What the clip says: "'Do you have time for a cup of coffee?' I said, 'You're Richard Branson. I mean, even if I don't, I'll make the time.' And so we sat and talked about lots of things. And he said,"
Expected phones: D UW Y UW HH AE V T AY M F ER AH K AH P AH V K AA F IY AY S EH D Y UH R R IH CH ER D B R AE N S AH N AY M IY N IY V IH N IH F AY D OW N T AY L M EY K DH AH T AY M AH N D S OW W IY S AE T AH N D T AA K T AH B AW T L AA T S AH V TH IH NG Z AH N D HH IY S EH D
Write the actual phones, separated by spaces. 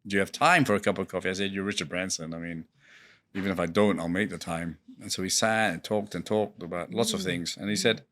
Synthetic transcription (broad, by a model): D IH Y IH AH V T AY M F ER AH K AH P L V K AA F IY AY S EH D Y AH R R IH CH ER D B R AE N S AH N AY M IY N IY V IH N IH F AY D OW N T AY L M EY K DH AH T AY M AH N S OW IY S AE T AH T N T AA K T AH B AW T L AA T S AH V TH IH NG Z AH N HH IY S EH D